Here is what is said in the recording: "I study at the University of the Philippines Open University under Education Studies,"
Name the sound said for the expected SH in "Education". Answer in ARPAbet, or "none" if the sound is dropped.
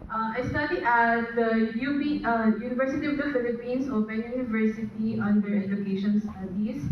SH